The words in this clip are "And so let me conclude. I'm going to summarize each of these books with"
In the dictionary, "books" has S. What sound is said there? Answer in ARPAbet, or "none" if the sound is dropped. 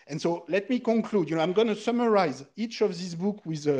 none